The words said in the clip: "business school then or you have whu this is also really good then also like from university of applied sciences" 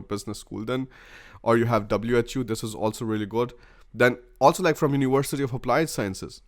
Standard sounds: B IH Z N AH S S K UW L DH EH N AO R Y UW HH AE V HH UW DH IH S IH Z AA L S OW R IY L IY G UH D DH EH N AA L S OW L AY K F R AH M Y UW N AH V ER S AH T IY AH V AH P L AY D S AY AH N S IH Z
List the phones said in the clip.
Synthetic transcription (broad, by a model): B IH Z N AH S S K UW L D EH N AO R Y UW HH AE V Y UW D IH S IH Z AA L S OW R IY L IY G UH D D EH N AA L S OW L AY K F R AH M Y UW N AH V ER S AH T IY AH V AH P L AY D S AY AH N S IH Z